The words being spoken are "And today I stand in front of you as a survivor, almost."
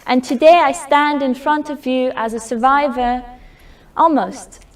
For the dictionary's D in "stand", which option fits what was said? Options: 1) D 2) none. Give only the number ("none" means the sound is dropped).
1